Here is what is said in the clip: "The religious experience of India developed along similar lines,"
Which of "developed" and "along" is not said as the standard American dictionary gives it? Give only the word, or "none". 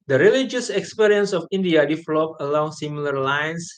developed